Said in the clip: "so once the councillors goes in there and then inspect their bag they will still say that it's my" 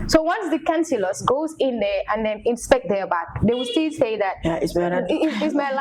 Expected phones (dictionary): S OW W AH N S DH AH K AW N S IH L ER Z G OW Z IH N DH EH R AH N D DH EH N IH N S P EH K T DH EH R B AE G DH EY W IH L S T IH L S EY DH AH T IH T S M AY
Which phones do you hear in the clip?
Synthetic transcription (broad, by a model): S OW W AH N S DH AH K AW N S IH L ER S G OW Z IH N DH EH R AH N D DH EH N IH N S P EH K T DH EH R B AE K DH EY W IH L S T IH L S EY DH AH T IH S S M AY